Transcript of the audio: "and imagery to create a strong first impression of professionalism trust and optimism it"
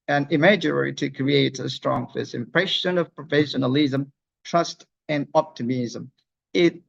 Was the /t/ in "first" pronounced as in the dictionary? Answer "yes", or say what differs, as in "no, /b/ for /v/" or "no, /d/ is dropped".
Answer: no, /t/ is dropped